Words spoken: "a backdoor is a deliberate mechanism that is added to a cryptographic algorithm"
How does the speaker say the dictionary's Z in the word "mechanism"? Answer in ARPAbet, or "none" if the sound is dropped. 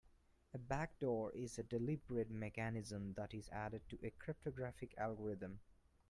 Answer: Z